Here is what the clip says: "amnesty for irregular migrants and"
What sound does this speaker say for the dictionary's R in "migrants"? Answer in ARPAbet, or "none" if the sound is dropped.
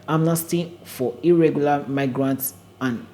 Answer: R